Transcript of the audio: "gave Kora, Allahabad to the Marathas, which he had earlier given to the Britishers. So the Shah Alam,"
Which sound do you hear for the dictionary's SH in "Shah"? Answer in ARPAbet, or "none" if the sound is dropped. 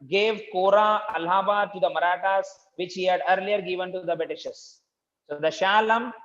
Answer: SH